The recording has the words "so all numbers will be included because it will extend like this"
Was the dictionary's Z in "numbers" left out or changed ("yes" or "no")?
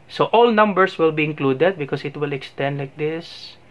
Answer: yes